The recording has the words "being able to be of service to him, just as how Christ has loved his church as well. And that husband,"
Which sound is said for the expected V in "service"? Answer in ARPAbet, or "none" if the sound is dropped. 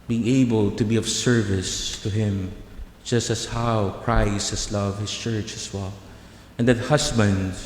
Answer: V